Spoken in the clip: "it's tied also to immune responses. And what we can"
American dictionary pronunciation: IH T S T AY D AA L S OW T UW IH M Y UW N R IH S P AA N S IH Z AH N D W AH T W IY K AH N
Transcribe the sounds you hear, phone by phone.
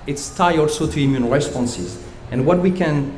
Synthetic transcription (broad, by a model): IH T S T AY AA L S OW T UW IH M Y UW N R IH S P AA N S IH Z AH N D W AH T W IY K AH N